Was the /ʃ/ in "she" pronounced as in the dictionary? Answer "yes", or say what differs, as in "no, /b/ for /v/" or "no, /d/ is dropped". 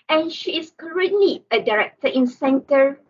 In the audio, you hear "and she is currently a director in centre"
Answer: yes